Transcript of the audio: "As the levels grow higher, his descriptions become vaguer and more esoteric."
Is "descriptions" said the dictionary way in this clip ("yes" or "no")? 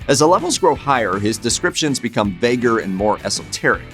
yes